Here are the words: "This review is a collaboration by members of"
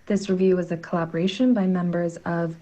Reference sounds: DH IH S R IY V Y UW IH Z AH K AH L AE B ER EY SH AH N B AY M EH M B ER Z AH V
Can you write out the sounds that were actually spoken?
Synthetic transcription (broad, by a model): DH IH S R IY V Y UW IH Z AH K AH L AE B ER EY SH AH N B AY M EH M B ER Z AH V